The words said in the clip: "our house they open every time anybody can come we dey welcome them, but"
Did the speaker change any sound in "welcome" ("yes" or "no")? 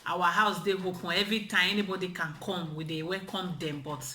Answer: yes